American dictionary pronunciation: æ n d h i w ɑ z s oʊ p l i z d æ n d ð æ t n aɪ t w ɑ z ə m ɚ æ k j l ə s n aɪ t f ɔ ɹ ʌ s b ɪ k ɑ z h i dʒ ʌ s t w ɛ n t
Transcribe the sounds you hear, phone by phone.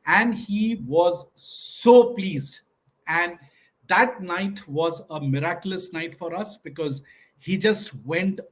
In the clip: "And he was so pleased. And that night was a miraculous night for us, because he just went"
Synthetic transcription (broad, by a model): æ n d h i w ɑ z s oʊ p l i z d æ n d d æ t n aɪ t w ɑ z ə m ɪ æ k j l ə s n aɪ t f ɔ ɹ ʌ s b ɪ k ɑ z h i dʒ ʌ s t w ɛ n t